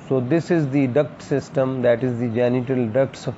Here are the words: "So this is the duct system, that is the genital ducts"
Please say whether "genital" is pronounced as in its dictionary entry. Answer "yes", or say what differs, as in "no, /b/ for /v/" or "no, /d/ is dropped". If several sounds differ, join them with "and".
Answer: yes